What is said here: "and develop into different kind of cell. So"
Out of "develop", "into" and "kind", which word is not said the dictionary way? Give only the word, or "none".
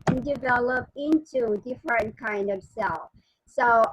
none